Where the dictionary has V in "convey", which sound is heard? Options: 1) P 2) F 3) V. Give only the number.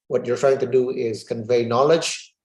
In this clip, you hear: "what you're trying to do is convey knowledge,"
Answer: 3